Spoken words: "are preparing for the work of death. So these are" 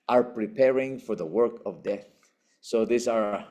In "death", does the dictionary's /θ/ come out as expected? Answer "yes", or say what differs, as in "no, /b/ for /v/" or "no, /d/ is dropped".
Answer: yes